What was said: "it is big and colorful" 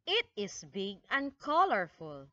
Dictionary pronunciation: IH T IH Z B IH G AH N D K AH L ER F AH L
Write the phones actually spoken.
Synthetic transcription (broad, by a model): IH T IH S B IH G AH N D K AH L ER F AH L